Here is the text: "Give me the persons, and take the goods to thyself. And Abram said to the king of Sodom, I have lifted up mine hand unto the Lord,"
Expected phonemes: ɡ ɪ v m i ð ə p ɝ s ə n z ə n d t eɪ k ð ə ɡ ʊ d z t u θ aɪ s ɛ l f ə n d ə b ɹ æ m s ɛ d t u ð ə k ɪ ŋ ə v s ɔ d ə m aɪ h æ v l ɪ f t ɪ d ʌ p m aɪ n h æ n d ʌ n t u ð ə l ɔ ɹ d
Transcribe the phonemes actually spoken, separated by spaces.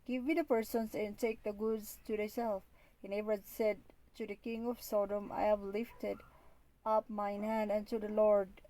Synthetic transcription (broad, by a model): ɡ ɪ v m i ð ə p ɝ s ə n s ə n t eɪ k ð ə ɡ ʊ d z t u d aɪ s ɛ l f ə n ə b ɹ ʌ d s ɛ d t u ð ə k ɪ ŋ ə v s ɔ d ə m aɪ h æ v l ɪ f t ɪ d ʌ p m aɪ n h æ n d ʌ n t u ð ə l ɔ ɹ d